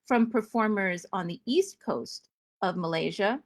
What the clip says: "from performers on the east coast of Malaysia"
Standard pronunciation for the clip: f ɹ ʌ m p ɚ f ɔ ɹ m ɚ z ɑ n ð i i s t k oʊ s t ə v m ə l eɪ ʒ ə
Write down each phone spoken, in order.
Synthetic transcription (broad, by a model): f ɹ ʌ m p ɚ f ɔ ɹ m ɚ z n ð i i s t k oʊ s t ə v m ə l eɪ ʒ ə